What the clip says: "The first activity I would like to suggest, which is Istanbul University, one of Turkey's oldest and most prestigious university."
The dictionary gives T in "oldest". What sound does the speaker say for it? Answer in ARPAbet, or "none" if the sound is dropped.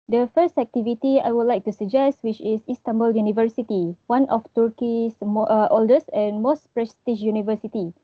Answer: none